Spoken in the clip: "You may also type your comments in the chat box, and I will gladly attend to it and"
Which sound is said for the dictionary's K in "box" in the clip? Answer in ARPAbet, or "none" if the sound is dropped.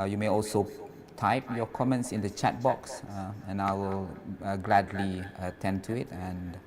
K